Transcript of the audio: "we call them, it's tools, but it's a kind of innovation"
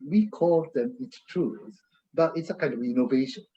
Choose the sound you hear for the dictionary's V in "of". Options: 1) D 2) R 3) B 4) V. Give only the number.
4